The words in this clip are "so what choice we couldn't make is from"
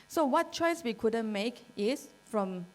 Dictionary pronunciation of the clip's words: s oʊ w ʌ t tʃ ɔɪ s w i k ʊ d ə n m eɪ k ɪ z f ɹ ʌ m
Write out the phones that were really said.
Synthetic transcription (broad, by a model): s oʊ w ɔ t tʃ ɔɪ s w i k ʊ d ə n m eɪ k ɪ s f ɹ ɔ m